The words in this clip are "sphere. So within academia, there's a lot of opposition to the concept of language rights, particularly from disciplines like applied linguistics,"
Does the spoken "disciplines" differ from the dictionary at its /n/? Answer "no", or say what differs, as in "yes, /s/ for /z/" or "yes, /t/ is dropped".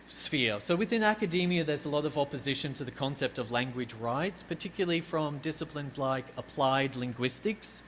no